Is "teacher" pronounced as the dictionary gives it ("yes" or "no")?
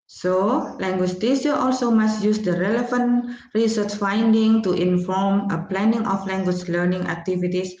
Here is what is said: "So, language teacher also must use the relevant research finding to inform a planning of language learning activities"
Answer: no